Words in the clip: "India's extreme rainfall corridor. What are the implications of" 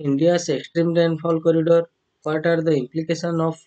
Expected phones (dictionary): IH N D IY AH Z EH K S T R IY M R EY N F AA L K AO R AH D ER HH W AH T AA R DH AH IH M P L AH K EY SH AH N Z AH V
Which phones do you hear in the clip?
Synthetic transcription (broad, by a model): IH N D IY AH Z EH K S T R IY M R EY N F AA L K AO R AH D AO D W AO T AA R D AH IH M P L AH K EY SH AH N AH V